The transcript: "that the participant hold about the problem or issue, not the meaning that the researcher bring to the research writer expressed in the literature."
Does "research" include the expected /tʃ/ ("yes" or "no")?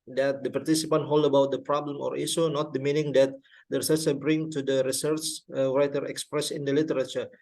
yes